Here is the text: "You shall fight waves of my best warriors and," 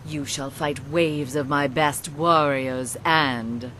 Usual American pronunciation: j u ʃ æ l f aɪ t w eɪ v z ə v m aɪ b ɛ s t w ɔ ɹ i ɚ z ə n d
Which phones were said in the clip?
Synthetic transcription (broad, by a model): j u ʃ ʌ l f aɪ t w eɪ v z ə v m aɪ b ɛ s t w ɔ ɹ i ɚ z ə n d